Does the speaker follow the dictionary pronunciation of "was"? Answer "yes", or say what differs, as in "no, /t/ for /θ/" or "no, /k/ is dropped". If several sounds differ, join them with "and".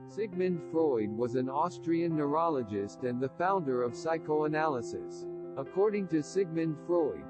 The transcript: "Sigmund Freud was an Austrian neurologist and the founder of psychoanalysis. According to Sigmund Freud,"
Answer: yes